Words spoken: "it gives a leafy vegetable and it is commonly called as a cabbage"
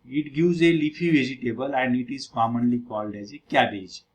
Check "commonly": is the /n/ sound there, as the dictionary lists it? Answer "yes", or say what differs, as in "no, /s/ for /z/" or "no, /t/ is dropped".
yes